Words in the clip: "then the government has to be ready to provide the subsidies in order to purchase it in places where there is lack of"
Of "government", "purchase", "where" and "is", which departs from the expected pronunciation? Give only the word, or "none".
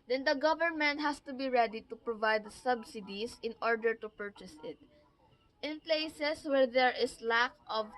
is